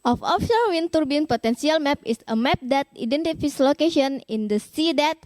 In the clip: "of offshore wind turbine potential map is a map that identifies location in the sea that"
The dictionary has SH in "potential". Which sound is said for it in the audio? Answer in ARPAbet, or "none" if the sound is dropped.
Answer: S